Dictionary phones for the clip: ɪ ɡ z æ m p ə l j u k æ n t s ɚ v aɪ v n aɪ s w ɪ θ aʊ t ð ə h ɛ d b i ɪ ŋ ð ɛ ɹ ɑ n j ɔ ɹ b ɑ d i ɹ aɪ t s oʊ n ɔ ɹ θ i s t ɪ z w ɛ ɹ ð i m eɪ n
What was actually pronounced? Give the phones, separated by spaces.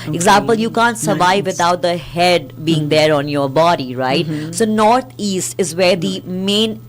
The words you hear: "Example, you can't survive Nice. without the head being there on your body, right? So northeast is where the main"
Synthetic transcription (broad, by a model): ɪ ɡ z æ m p ə l j u k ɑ n t s ɚ v aɪ v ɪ t aʊ t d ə h ɛ d b i ɪ ŋ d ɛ ɹ ɑ n j ɔ ɹ b ɑ d i ɹ aɪ t s oʊ n ɔ ɹ t i s t ɪ z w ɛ ɹ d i m eɪ n